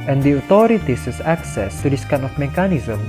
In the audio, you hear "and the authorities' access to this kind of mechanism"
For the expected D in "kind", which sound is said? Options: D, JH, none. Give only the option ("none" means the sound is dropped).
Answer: none